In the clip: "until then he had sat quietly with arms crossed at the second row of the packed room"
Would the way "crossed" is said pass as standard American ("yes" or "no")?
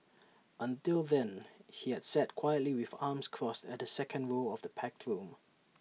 yes